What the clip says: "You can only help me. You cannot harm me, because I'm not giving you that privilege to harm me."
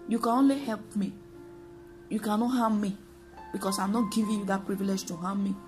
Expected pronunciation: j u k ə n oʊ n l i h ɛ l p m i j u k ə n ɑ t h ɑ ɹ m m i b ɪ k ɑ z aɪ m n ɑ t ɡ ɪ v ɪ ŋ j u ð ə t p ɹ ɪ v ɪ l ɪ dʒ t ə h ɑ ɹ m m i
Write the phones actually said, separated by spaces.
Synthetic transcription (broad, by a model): j u k ə n oʊ n l i h ɛ l p m i j u k ə n ɑ t h ɑ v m m i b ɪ k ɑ s aɪ m n ɑ t ɡ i v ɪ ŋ j u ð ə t p ɹ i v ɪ l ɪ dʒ t ə h ɑ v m m i